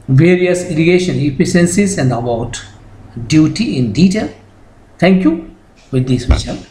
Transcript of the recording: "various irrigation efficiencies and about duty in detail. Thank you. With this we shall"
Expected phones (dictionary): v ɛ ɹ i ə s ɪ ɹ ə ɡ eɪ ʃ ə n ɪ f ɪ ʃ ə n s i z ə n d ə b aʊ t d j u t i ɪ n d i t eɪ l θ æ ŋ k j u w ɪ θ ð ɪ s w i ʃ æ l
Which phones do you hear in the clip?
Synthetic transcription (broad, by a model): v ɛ ɹ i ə s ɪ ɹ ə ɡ eɪ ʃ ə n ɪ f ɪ s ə n s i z ə n d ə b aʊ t d j u t i ɪ n d i t eɪ l t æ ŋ k j u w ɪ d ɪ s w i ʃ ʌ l